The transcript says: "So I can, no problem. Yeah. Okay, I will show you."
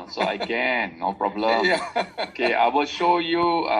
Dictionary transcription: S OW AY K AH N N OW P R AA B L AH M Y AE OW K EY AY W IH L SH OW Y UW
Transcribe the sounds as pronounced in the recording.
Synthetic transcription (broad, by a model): S OW AY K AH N N OW P R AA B L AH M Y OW K EY AY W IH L SH OW Y UW